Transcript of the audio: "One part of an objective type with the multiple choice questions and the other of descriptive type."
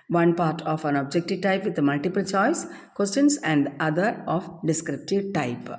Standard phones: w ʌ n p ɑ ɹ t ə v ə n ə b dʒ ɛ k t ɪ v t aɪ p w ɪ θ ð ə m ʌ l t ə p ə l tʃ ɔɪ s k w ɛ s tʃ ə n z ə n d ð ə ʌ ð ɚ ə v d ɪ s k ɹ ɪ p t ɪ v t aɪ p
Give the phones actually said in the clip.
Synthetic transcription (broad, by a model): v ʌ n p ɑ ɹ t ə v ə n ə b dʒ ɛ k t ɪ v t aɪ p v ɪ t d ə m ʌ l t ə p ə l tʃ ɔɪ s k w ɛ s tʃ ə n s ə n d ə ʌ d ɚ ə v d ɪ s k ɹ ɪ p t ɪ v t aɪ p